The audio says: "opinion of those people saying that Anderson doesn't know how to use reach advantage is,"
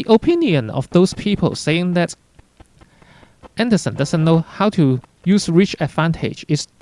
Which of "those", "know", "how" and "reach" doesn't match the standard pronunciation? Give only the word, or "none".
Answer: those